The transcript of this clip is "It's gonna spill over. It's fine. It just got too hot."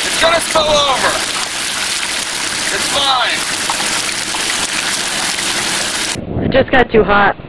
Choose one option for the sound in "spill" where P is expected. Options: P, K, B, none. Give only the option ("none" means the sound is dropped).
none